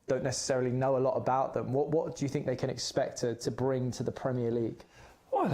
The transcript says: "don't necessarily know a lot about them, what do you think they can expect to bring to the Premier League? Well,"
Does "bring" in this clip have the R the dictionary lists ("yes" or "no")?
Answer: yes